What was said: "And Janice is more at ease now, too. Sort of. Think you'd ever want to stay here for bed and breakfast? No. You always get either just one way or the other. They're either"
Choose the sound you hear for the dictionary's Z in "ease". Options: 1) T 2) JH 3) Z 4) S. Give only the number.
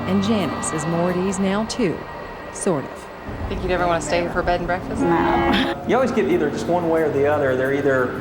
3